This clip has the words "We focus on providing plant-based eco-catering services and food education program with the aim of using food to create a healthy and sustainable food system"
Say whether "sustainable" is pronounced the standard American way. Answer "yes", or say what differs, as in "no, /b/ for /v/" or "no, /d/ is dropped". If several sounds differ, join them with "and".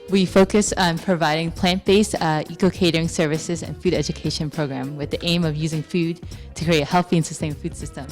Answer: no, /n/ is dropped